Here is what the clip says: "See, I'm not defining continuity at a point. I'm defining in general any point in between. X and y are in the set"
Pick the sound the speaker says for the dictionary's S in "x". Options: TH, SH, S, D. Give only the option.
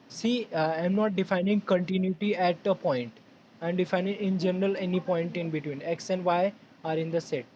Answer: S